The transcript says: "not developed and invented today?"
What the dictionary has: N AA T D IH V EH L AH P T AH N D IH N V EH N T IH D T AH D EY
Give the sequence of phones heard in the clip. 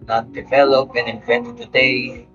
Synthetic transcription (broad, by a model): N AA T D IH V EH L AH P AH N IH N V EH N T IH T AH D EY